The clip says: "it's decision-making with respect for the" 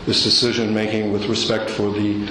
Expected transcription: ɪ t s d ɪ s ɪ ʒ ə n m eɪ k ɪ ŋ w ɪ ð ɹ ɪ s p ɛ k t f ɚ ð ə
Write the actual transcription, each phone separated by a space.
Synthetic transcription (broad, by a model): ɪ s d ɪ s ɪ ʒ ə n m eɪ k ɪ ŋ w ɪ ð ɹ ɪ s p ɛ k t f ɚ ð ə